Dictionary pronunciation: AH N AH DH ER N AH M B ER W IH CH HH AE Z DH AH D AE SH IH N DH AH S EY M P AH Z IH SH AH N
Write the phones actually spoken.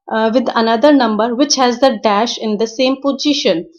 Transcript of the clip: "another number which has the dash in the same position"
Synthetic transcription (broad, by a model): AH N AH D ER N AH M B ER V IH CH HH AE Z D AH D AE SH IH N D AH S EY M P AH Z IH SH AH N